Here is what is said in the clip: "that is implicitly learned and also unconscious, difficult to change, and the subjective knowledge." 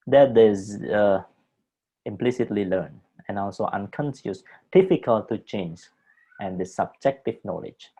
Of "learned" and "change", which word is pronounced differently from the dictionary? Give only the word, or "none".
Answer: learned